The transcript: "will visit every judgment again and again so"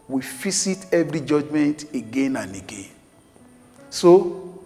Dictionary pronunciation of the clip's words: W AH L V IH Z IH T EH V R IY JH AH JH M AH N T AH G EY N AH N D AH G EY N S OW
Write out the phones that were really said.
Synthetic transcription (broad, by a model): W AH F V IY S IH T EH V R IY JH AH JH M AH N T AH G EY N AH N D AH G EY N S OW